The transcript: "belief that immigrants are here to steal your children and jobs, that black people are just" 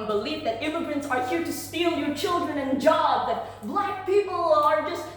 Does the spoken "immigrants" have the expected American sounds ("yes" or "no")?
yes